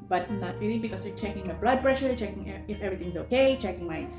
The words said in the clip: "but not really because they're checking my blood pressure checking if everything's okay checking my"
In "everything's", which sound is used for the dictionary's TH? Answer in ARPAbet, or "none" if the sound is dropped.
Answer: T